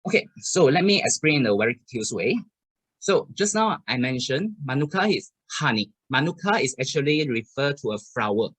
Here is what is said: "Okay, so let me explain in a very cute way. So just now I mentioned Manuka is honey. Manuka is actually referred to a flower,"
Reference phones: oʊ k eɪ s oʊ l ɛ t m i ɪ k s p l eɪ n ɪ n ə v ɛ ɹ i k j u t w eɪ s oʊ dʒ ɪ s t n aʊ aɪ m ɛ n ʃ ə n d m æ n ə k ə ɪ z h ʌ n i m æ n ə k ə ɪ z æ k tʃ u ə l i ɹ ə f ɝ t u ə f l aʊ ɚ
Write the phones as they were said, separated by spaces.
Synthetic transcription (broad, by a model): oʊ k eɪ s oʊ l ɛ t m i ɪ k s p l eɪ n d ə w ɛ ɹ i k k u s w eɪ s oʊ dʒ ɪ s n aʊ aɪ m ɛ n ʃ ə n m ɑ n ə k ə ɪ s h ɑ n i m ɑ n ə k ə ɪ s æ k tʃ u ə l i ɹ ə f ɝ t u ə f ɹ aʊ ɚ